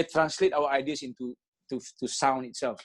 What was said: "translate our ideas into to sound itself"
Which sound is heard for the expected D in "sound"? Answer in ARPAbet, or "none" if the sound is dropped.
none